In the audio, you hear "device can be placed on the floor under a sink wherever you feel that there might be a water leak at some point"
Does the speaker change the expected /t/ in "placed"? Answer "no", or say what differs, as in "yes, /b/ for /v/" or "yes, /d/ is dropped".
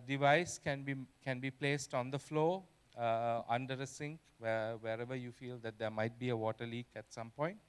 no